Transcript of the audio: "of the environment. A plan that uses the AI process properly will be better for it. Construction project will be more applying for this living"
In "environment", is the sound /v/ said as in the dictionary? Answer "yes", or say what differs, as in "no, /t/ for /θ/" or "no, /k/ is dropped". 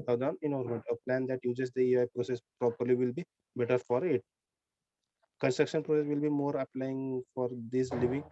no, /v/ is dropped